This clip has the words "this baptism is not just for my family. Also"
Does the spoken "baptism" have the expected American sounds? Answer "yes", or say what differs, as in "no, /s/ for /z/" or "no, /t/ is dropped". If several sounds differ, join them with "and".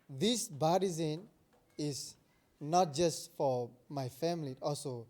no, /p/ is dropped